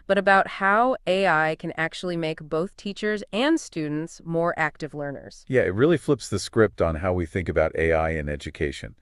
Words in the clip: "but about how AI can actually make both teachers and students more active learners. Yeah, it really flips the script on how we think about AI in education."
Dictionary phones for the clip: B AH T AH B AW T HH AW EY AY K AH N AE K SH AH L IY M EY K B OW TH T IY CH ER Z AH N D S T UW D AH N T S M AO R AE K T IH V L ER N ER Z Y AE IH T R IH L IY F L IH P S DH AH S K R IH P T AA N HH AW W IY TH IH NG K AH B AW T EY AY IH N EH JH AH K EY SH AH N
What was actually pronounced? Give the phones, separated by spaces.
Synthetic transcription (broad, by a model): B AH T AH B AW T HH AW EY AY K AH N AE K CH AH L IY M EY K B OW TH T IY CH ER Z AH N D S T UW D N T S M AO R AE K T IH V L ER N ER Z Y AE IH T R IH L IY F L IH P S DH AH S K R IH P T N HH AW W IY TH IH NG K AH B AW T EY AY IH N EH JH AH K EY SH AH N